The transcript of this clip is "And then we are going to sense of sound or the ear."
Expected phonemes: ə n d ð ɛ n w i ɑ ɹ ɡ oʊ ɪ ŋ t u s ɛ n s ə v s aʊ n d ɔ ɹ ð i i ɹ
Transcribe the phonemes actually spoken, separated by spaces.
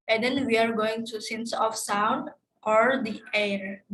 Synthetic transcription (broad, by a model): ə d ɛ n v i ɑ ɹ ɡ oʊ ɪ ŋ t u s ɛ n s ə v s aʊ n d ɔ ɹ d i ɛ ɹ